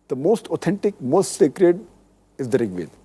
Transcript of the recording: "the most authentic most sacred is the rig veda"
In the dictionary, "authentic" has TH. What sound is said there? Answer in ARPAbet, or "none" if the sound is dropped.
T